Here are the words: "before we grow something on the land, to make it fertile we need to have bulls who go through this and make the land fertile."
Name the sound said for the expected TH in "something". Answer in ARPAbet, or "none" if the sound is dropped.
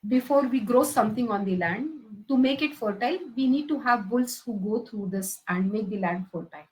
T